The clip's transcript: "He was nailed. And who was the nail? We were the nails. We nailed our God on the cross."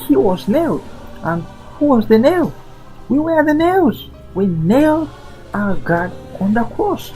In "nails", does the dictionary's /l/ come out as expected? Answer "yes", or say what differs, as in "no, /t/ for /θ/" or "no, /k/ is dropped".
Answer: no, /w/ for /l/